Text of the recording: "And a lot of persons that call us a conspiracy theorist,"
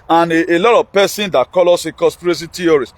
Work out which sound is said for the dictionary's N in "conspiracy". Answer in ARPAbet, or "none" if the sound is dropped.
none